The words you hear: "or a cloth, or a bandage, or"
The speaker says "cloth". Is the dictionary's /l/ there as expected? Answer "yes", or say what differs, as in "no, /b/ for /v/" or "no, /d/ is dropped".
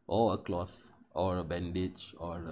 yes